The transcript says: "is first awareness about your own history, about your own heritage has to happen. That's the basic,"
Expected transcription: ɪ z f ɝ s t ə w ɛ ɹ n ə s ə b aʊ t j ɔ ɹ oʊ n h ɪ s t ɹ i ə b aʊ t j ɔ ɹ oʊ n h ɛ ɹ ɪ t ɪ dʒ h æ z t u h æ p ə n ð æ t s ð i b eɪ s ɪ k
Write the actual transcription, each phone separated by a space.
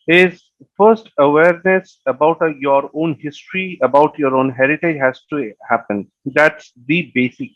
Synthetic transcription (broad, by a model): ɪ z f ɝ s t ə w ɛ ɹ n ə s ə b aʊ t j ɔ ɹ oʊ n h ɪ s t ɹ i ə b aʊ t j ɔ ɹ oʊ n h ɛ ɹ ɪ t ɪ dʒ h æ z t u h æ p ə n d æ t s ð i b eɪ s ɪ k